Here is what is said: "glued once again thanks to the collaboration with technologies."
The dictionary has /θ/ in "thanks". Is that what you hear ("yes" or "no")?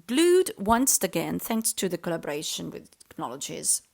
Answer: yes